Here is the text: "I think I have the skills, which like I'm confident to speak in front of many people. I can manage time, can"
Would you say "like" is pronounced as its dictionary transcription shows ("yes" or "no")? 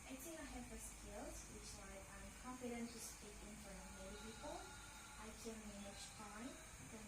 no